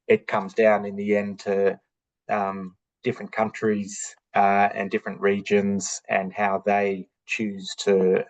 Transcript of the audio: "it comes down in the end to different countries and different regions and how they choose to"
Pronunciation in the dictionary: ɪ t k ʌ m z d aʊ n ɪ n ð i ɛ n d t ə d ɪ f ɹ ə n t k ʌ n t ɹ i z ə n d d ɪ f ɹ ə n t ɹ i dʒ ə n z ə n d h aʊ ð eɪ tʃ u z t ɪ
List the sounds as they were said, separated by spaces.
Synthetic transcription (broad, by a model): ɪ t k ʌ m z d aʊ n ɪ n ð i ɛ n t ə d ɪ f ɹ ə n k ʌ n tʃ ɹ i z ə n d d ɪ f ɹ ə n t ɹ i dʒ ə n z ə n h aʊ ð eɪ tʃ u z t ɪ